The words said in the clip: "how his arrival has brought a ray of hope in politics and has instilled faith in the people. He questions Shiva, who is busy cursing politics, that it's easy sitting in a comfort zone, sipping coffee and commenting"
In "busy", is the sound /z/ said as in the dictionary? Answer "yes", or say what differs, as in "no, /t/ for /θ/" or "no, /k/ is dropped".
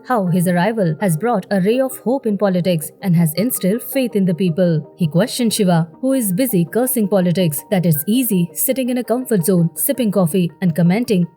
yes